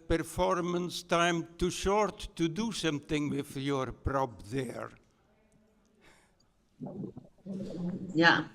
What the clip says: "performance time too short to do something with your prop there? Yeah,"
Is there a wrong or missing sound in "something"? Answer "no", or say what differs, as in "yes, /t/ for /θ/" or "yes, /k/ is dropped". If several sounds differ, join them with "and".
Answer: yes, /ʃ/ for /s/ and /t/ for /θ/